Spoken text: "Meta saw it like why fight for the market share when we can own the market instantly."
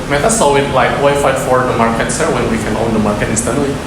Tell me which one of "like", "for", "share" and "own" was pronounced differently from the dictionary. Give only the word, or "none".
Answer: share